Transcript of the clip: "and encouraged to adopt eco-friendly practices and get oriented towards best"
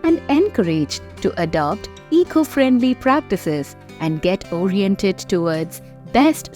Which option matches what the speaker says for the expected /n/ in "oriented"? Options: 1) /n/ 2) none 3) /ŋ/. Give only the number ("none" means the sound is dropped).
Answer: 1